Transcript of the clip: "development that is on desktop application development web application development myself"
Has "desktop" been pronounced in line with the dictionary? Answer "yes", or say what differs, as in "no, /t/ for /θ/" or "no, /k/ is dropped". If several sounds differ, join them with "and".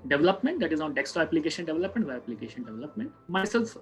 no, /p/ is dropped